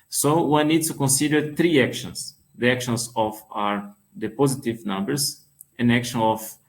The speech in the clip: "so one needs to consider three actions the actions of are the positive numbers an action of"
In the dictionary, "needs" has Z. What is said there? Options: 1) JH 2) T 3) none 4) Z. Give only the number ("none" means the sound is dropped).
3